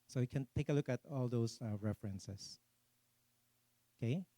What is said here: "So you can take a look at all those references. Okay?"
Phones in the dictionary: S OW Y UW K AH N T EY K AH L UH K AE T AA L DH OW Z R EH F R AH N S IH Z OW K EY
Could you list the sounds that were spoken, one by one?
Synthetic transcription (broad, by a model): S OW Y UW K AH N T EY K AH L UH K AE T AA L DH OW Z R EH F R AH N S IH S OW K EY